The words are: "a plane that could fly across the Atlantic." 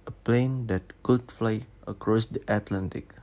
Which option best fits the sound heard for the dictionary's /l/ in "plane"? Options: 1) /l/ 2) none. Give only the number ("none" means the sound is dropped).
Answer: 1